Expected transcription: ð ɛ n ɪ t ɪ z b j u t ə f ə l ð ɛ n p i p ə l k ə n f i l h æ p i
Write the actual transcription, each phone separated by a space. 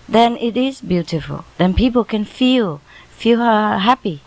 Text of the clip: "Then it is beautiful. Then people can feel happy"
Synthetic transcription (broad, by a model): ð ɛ n ɪ t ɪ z b j u t ə f ə l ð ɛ n p i p ə l k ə n f i l h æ p i